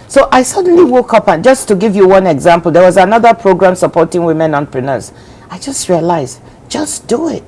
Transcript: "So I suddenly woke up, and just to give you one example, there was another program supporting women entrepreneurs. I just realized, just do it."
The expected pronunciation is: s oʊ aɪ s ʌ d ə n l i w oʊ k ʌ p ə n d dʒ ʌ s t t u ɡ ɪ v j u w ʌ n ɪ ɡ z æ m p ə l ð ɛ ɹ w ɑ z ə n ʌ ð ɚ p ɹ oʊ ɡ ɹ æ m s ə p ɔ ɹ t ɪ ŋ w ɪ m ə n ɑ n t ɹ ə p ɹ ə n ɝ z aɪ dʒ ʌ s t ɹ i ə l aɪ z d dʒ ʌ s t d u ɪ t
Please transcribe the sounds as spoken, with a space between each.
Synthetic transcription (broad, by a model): s oʊ aɪ s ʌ d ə n l i w oʊ k ʌ p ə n dʒ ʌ s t t u ɡ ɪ v j u w ʌ n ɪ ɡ z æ m p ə l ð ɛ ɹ w ɑ z ə n ʌ ð ɚ p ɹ oʊ ɡ ɹ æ m s ə p ɔ ɹ t ɪ ŋ w ɪ m ə n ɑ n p ɹ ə n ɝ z aɪ dʒ ʌ s t ɹ i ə l aɪ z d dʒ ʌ s d u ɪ t